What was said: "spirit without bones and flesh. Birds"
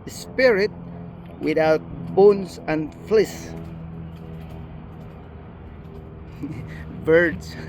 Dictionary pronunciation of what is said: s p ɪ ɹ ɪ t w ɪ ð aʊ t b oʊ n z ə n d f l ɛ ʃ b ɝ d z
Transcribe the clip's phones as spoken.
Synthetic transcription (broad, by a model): s p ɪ ɹ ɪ t w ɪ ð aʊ t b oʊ n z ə n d f l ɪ s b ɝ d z